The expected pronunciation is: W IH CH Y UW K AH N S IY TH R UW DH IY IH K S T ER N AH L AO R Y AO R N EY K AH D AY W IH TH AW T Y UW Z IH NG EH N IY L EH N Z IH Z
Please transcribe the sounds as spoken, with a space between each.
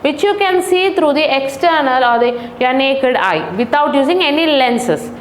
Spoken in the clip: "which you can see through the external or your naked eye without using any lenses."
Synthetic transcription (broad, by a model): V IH CH Y UW K AH N S IY T R UW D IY IH K S T ER N AH L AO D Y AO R N EY K AH D AY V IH T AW T Y UW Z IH NG EH N IY L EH N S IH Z